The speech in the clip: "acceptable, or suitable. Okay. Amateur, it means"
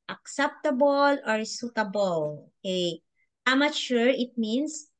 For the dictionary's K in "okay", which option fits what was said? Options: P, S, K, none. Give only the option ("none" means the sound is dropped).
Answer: none